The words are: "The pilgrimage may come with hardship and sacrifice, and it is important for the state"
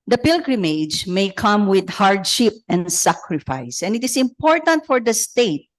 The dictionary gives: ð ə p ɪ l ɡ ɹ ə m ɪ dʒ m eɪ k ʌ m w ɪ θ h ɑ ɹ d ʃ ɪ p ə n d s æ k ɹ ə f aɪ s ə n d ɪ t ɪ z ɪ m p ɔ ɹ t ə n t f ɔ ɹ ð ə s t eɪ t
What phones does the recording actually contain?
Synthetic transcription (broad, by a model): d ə p ɪ l ɡ ɹ ə m ɪ dʒ m eɪ k ʌ m w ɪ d h ɑ ɹ d ʃ ɪ p ə n d s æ k ɹ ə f aɪ s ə n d ɪ t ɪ s ɪ m p ɔ ɹ t ə n t f ɔ ɹ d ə s t eɪ t